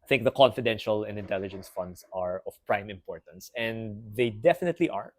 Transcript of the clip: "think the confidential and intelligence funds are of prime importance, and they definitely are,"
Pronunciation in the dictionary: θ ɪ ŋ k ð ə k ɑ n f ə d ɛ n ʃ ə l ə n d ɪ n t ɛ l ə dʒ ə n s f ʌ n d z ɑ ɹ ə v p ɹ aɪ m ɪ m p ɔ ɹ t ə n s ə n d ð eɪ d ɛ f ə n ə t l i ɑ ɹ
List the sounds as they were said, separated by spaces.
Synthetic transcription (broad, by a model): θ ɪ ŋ k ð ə k ɑ n f ə d ɛ n ʃ ə l ə n d ɪ n t ɛ l ə dʒ ə n s f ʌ n d s ɑ ɹ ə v p ɹ aɪ m ɪ m p ɔ ɹ t ə n s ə n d ð eɪ d ɛ f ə n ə t l i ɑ ɹ